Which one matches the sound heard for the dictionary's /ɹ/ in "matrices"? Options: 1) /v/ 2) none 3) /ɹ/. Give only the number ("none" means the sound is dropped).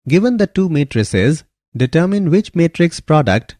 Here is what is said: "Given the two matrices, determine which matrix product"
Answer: 3